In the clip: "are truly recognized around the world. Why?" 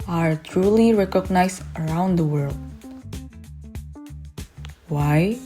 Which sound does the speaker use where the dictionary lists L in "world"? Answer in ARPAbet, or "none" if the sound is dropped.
L